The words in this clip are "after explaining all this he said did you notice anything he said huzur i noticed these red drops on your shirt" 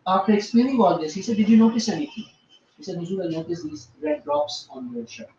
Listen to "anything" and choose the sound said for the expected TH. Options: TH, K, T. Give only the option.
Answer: T